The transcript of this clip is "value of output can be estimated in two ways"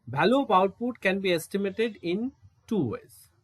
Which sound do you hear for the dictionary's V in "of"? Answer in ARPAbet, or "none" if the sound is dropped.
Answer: P